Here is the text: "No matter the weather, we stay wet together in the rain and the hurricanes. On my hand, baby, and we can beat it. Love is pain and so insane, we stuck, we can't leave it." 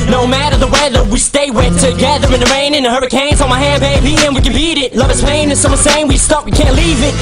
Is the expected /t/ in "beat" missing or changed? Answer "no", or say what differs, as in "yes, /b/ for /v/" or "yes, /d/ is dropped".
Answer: no